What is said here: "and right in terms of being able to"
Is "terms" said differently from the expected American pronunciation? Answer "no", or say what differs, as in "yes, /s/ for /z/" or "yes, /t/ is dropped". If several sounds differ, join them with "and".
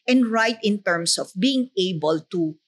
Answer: yes, /s/ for /z/